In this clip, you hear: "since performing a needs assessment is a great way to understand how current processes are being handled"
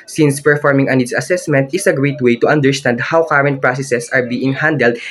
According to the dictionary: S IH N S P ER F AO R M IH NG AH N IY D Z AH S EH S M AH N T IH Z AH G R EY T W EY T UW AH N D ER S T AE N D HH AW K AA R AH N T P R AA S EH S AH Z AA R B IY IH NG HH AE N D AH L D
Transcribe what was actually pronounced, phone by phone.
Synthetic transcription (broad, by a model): S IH N S P ER F AO R M IH NG AH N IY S AH S EH S M AH N T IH S AH G R EY T W EY T UW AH N D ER S T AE N D HH AW K AA R AH N T P R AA S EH S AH S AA R B IY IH NG HH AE N D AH L D